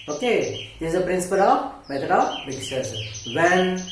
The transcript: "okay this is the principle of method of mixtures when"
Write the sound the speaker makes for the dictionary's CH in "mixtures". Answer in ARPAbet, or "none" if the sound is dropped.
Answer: none